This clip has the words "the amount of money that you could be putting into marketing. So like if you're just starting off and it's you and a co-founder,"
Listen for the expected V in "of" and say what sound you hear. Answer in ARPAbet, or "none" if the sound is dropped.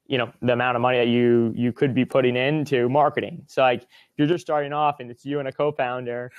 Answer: V